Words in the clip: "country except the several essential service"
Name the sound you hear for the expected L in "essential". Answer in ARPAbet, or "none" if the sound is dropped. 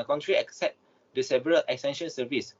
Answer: N